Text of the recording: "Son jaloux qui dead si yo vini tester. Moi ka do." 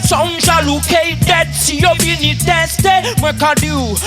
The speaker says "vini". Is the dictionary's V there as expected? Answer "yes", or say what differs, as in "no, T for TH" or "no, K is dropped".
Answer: no, B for V